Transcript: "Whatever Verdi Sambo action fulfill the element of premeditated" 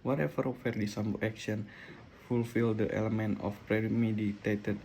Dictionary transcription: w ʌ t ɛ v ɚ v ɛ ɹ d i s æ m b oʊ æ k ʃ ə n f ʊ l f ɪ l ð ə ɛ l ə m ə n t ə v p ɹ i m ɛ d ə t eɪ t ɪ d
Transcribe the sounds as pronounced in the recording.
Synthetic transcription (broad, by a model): w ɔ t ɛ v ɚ f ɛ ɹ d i s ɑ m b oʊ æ k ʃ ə n f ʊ l f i l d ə ɛ l ə m ə n t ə f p ɹ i m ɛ d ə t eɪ t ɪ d